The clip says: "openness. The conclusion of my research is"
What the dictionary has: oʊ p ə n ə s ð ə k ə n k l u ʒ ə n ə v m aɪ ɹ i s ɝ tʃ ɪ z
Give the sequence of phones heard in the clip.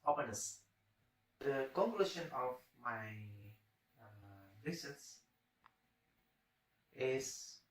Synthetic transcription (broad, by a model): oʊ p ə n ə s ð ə k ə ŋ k l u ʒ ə n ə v m aɪ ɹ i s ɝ s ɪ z